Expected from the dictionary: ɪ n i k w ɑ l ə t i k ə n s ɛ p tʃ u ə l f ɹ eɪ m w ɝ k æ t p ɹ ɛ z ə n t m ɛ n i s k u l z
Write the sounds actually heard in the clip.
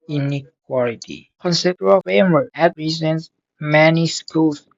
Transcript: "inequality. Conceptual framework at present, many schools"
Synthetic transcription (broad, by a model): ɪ n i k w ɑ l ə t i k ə n s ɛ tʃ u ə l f eɪ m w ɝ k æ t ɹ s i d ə n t m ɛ n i s k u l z